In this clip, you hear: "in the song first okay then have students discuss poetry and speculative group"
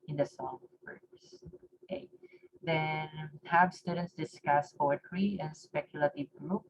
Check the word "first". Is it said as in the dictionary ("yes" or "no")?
no